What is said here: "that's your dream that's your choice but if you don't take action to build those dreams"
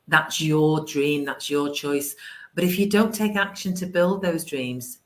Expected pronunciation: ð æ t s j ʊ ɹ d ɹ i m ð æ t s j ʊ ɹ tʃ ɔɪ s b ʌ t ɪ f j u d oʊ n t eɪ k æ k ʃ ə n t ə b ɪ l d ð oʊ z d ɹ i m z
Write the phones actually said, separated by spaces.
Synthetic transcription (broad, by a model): ð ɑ t s j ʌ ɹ d ɹ i m ð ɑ t s j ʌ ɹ tʃ ɔɪ s b ʌ t ɪ f j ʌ d oʊ n t eɪ k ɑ k ʃ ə n t ə b ɪ l d ð oʊ z d ɹ i m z